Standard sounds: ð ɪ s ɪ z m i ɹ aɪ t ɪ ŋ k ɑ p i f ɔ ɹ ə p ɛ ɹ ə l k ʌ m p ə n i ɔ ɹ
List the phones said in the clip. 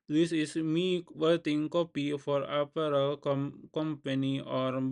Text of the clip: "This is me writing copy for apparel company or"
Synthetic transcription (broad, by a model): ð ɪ s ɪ s m i w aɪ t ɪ ŋ k ɑ p i f ɔ ɹ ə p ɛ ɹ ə l k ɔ m p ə n i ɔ ɹ